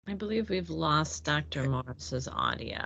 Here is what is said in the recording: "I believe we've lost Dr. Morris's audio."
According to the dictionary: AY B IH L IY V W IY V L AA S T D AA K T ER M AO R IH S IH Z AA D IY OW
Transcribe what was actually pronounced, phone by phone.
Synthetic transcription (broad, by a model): AY B IH L IY V W IY V L AA S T D AA K T ER M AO R S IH Z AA D IY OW